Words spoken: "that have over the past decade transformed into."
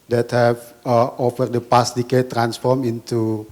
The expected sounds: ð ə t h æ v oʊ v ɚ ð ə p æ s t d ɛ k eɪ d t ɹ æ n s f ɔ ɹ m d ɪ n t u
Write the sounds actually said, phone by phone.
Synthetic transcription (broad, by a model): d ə t h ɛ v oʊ f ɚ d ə p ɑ s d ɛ k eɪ t ɹ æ n s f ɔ ɹ m ɪ n t u